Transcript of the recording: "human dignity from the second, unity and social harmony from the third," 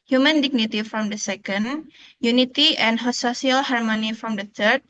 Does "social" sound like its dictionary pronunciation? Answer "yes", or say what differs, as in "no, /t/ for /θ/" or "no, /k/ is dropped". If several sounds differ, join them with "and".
no, /s/ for /ʃ/